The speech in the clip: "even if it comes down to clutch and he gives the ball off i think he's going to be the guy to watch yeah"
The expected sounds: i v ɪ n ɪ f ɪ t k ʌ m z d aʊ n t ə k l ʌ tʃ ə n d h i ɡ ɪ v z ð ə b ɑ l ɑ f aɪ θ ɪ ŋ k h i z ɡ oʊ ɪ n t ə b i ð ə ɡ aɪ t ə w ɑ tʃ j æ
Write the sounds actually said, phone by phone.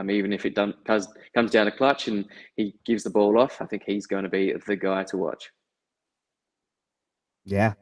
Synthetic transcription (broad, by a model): i v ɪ n ɪ f ɪ t k ʌ m z d aʊ n t ə k l ʌ tʃ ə n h i ɡ ɪ v z ð ə b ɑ l ɑ f aɪ θ ɪ ŋ k h i z ɡ oʊ ɪ n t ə b i ð ə ɡ aɪ t ə w ɑ tʃ j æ